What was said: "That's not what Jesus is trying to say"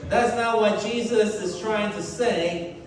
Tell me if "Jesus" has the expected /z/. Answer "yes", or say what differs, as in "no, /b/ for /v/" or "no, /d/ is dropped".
yes